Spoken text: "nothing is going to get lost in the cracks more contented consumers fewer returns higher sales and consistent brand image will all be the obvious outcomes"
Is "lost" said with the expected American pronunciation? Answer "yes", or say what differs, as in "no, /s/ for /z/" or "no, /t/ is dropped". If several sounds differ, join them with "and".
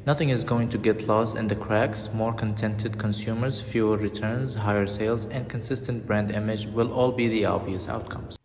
yes